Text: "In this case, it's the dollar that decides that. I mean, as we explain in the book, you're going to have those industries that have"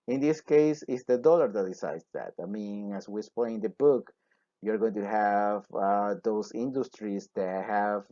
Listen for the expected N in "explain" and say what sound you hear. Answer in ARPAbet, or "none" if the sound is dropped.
none